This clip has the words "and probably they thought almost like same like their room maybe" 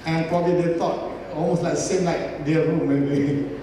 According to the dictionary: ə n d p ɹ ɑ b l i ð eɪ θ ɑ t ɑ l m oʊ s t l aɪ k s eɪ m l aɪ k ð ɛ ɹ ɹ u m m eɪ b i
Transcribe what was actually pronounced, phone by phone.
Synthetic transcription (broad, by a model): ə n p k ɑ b i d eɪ t ɑ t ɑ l m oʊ s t l aɪ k s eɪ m l aɪ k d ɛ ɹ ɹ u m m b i